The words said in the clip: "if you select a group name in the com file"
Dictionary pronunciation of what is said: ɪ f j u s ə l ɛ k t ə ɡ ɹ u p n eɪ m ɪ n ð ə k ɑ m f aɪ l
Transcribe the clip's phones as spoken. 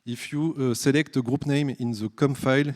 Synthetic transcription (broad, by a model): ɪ f j u s ə l ɛ k t ə ɡ ɹ u p n eɪ m ɪ n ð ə k ɑ m f aɪ l